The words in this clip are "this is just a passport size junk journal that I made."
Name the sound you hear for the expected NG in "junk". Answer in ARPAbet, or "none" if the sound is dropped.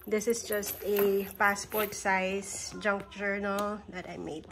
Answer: NG